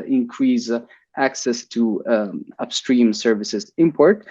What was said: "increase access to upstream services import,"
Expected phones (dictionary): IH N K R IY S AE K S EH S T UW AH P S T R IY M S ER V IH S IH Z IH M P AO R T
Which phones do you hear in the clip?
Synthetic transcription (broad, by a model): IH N K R IY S AE K S EH S T UW AH P S T R IY M S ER V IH S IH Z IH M P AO R T